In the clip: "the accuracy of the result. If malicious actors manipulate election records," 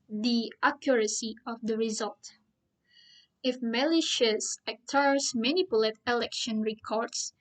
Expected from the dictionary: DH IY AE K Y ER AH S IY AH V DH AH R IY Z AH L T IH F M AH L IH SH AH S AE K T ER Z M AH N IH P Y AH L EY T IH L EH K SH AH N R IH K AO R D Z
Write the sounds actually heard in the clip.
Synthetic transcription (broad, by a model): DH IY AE K Y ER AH S IY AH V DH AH R IY Z AH L T IH F M AH L IH SH AH S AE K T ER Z M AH N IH P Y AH L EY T IH L EH K SH AH N R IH K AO R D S